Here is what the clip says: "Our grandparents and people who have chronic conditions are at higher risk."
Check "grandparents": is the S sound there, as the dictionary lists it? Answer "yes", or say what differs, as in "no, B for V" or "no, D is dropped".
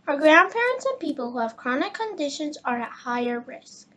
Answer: yes